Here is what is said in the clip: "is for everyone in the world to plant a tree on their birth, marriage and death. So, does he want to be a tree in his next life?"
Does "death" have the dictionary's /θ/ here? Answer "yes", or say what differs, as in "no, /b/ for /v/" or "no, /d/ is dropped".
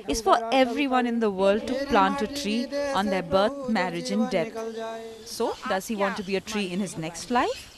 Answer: no, /t/ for /θ/